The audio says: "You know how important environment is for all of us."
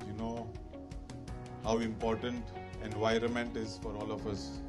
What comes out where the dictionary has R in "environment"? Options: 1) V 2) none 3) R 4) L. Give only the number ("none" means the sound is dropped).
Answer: 3